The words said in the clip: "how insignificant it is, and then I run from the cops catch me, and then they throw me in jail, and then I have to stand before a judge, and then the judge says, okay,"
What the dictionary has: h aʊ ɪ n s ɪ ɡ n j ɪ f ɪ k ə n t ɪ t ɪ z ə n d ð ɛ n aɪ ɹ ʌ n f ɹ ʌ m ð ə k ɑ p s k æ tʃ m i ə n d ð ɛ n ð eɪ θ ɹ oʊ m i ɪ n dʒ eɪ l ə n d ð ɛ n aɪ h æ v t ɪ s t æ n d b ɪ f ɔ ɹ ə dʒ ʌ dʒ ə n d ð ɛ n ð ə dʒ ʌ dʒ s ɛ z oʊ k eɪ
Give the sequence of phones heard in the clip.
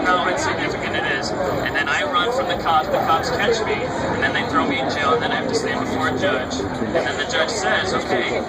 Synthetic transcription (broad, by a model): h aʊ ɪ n s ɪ ɡ n ɪ f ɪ k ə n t ɪ t ɪ z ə n ð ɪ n aɪ ɹ ʌ n f ɹ ʌ m ð ə k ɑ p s k æ tʃ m i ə n ð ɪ n ð eɪ θ ɹ oʊ m i ɪ n dʒ eɪ l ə n ð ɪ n aɪ h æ f t ɪ s t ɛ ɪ b ɪ f ɔ ɹ ə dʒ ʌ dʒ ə n ð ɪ n ð ə dʒ ʌ dʒ s ɛ z oʊ k eɪ